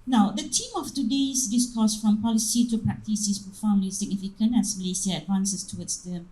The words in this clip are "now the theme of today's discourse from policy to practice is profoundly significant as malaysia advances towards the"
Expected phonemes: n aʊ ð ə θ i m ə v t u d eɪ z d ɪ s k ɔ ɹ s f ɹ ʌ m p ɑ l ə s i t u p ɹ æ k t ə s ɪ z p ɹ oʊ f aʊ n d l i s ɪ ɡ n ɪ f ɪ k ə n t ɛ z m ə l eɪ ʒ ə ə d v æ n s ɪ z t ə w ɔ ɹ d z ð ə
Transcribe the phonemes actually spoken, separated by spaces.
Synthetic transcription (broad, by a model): n aʊ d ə t i m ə f t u d eɪ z d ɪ s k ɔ s f ɹ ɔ m p ɑ l ə s i t u p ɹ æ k t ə s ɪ s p oʊ f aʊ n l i s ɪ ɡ n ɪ f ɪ k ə n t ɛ s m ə l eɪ s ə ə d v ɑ n s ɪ s t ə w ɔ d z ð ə